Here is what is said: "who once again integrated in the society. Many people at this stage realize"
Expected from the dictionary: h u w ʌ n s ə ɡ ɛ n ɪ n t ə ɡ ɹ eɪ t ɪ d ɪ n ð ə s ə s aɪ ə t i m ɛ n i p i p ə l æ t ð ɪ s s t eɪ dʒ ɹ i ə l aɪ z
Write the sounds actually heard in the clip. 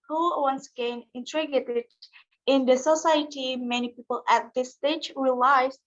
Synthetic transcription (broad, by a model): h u w ʌ n s ə ɡ ɛ n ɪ n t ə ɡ eɪ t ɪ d ɪ n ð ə s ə s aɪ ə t i m ɛ n i p i p ə l æ t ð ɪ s s t eɪ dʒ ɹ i l aɪ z